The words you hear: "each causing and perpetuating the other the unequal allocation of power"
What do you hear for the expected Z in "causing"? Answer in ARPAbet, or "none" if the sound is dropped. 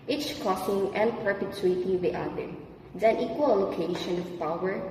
S